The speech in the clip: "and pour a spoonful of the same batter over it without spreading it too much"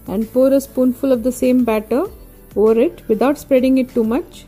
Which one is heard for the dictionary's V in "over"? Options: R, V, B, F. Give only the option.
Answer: V